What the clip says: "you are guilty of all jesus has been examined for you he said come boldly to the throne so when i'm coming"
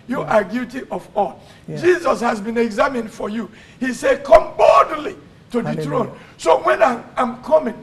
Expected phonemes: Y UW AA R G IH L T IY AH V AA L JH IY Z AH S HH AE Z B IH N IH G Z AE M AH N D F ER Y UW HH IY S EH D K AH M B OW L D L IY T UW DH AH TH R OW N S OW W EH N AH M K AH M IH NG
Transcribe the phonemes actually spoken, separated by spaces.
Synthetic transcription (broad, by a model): Y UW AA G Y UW T IY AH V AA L JH IY Z AH S HH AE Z B IH N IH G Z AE M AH N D F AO Y UW HH IY S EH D K AH M B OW D L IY T UW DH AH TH R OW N S OW W EH N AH M K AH M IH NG